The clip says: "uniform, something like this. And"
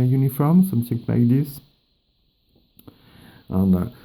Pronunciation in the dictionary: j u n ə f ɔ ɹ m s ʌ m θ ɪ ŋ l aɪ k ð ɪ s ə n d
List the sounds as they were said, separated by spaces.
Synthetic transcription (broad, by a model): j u n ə f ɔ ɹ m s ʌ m s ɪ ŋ n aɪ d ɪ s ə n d